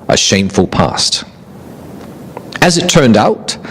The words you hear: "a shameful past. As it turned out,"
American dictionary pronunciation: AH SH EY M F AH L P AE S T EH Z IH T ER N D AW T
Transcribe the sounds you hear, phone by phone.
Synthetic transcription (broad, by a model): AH SH EY M F AH L P AE S T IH Z IH T ER N D AW T